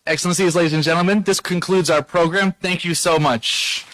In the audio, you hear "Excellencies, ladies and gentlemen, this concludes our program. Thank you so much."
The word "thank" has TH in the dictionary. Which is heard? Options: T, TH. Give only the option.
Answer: TH